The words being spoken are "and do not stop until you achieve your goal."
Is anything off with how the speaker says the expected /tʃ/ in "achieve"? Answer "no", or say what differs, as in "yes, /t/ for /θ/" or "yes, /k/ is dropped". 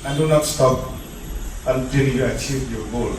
no